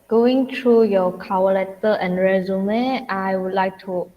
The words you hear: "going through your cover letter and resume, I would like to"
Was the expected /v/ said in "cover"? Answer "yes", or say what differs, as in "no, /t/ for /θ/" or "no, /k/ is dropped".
no, /w/ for /v/